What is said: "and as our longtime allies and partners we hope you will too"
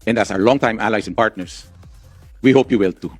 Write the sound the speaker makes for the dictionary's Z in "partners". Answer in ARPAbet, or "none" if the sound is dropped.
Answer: S